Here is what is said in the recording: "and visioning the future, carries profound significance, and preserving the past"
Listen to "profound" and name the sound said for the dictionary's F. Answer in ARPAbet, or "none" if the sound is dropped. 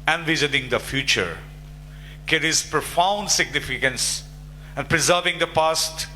F